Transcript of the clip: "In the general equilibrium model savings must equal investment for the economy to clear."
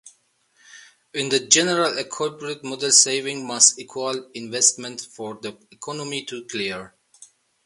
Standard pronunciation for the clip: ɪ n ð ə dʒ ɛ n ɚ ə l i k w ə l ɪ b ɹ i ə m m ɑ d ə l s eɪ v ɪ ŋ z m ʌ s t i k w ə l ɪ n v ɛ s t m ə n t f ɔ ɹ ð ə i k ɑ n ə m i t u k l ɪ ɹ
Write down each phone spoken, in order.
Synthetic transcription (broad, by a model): ɪ n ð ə dʒ ɛ n ɚ ə l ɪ k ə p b ɹ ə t m ɑ d ə l s eɪ v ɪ ŋ m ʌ s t i k w ə l ɪ n v ɛ s t m ə n t f ɔ ɹ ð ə i k ɑ n ə m i t u k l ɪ ɹ